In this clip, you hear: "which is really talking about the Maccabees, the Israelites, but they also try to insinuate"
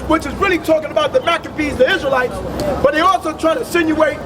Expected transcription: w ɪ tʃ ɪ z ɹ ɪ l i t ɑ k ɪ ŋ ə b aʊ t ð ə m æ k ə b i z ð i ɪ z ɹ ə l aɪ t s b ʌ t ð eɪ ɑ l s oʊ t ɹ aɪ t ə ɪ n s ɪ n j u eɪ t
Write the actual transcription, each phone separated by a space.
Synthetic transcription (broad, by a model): w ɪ tʃ ɪ z ɹ ɪ l i t ɑ k ɪ ŋ ə b aʊ t ð ə m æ k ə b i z ð i ɪ z ɹ ə l aɪ t s b ʌ t ð eɪ ɑ l s oʊ t ɹ aɪ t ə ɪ s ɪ n j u eɪ t